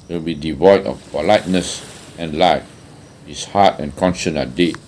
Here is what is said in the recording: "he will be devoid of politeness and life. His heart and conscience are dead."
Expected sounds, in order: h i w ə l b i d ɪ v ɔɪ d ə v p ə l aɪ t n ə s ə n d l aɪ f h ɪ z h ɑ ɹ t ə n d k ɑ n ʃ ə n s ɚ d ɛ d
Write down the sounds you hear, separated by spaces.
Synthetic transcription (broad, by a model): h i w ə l b i d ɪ v ɔɪ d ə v p ə l aɪ t n ə s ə n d l aɪ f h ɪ s h ɑ t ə n k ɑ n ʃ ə n ɚ d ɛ